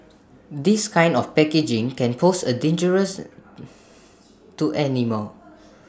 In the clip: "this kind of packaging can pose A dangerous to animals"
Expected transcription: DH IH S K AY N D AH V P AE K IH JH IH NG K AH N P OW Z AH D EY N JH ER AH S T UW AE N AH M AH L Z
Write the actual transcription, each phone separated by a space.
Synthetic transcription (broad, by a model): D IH S K AY N D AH F P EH K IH JH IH NG K AH N P OW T AH D EY N JH ER AH S T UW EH N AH M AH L